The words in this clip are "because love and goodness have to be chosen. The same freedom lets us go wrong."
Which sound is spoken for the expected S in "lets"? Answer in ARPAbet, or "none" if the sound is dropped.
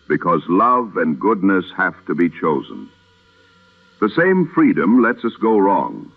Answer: S